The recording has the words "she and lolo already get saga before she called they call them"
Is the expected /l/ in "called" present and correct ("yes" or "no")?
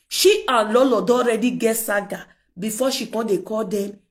no